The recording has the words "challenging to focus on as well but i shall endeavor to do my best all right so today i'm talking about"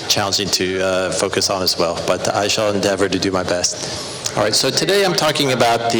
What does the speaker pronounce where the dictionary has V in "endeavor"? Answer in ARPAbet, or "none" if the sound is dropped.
V